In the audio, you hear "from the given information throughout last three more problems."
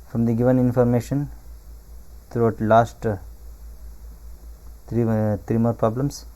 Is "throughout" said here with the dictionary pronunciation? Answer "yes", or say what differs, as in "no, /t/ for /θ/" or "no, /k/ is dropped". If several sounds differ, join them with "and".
no, /t/ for /θ/